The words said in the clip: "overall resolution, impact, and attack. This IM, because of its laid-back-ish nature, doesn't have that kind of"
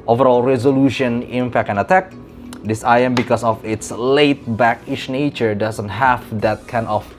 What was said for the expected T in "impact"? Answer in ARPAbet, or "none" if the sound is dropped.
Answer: none